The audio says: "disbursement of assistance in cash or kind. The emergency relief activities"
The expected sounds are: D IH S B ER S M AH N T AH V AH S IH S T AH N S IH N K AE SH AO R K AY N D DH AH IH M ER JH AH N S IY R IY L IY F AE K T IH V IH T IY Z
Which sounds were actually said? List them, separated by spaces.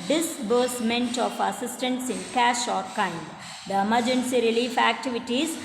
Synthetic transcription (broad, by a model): D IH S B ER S M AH N T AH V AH S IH S T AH N S IH N K AE SH AO R K AY N D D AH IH M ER JH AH N S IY R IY L IY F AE K T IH V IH T IY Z